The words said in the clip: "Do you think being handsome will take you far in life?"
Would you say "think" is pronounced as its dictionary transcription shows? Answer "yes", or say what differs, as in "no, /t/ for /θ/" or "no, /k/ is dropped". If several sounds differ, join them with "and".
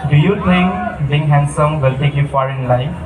no, /t/ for /θ/